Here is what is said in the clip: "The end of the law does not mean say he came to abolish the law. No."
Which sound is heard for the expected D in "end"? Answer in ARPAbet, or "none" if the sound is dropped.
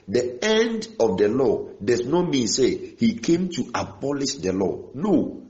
D